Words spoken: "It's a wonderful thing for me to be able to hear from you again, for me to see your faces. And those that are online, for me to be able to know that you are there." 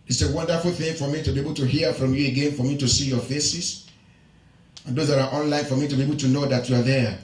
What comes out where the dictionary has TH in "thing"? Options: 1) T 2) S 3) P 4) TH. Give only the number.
4